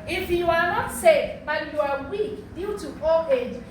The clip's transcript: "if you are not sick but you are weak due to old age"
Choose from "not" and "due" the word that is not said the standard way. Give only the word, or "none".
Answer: none